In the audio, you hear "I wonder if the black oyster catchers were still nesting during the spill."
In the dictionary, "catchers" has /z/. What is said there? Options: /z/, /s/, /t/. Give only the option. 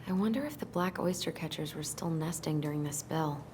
/z/